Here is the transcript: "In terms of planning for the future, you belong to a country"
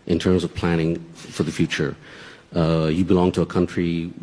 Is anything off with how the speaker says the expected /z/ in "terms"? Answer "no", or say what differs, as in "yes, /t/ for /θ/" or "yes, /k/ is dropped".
no